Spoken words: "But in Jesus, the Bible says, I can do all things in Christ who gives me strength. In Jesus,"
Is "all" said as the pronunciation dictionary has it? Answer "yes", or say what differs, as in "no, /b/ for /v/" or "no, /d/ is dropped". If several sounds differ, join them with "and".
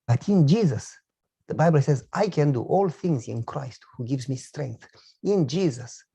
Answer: yes